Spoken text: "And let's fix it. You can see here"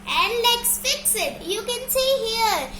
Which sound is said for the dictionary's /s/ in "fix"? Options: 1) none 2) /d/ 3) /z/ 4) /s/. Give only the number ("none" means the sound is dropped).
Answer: 4